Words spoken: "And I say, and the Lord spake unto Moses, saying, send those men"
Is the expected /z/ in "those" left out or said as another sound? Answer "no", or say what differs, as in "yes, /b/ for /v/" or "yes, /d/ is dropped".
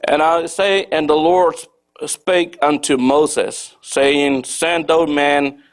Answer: yes, /z/ is dropped